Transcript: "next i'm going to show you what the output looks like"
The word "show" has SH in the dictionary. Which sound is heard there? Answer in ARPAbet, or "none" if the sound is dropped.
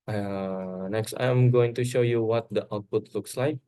SH